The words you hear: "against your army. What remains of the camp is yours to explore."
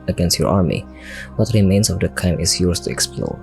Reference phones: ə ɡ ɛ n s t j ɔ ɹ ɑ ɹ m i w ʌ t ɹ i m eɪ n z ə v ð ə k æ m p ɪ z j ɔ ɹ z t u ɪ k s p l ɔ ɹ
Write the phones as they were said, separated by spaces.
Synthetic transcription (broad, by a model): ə ɡ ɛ n s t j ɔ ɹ ɑ ɹ m i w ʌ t ɹ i m eɪ n s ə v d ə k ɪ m ɪ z j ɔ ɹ s t u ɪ k s p l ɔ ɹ